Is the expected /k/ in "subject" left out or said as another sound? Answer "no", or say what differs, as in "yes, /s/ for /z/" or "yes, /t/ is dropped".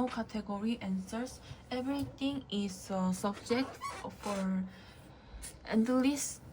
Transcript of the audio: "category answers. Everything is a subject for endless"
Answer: no